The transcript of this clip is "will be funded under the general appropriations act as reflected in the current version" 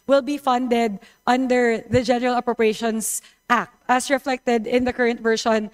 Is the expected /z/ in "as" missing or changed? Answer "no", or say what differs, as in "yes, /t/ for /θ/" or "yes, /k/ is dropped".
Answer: yes, /s/ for /z/